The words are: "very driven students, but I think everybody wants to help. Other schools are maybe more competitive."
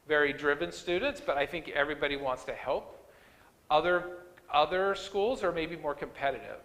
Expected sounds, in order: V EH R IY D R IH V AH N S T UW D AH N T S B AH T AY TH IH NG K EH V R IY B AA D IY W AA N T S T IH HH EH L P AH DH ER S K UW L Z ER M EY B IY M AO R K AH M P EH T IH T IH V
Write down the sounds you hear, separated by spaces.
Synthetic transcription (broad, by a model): V EH R IY D R IH V AH N S T UW D N T S B AH T AY TH IH NG K EH V R IY B AA D IY W AA N T S T IH HH EH L P AH DH ER S K UW L Z ER M EY B IY M AO R K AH M P EH T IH T IH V